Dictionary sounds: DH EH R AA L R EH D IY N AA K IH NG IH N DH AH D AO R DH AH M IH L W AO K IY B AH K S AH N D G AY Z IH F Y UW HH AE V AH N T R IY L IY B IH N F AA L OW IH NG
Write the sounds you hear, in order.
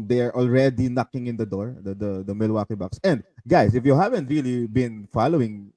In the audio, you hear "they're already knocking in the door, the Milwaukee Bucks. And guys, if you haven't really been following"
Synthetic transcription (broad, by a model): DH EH R AA L R EH D IY N AA K IH NG IH N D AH D AO R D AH M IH L W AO K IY B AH K S AH N D G AY S IH F Y UW HH AE V AH N T R IY L IY B IH N F AA L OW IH NG